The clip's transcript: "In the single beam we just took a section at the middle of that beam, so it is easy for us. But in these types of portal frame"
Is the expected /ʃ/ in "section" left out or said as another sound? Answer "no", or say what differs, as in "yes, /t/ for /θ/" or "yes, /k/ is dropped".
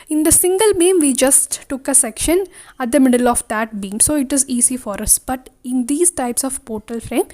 no